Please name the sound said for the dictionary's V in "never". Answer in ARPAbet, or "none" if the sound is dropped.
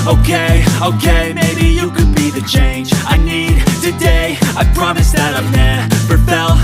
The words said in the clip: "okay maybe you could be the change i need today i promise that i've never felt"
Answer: P